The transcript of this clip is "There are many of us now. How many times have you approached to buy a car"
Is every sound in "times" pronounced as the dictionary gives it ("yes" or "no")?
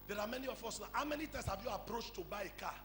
no